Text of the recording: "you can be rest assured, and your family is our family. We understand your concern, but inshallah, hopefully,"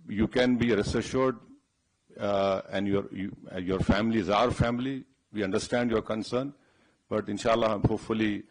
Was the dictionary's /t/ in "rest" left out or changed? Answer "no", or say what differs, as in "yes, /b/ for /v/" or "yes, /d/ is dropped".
yes, /t/ is dropped